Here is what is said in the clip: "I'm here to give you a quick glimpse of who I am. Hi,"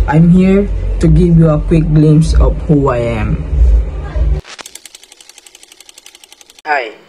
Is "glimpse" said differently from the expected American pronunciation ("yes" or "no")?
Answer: yes